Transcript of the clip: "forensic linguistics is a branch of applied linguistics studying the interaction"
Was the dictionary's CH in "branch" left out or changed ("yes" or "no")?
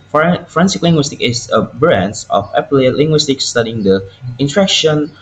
yes